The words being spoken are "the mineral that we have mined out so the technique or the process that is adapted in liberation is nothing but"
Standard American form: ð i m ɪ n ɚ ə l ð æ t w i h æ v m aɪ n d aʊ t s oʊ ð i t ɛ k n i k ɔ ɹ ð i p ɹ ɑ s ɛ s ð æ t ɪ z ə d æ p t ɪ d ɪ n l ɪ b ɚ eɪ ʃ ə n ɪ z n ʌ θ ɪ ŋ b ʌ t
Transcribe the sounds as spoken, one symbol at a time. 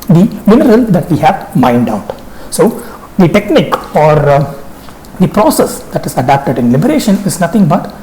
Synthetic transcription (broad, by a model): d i m ɪ n ɚ ə l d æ t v i h æ v m aɪ n d aʊ t s oʊ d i t ɛ k n i k ɔ ɹ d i p ɹ ɑ s ɛ s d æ t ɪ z ə d æ p t ɪ d ɪ n l ɪ b ɚ eɪ ʃ ə n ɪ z n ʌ t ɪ ŋ b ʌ t